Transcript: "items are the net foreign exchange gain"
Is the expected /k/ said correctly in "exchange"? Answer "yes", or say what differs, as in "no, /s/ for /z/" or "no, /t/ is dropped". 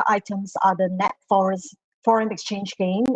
yes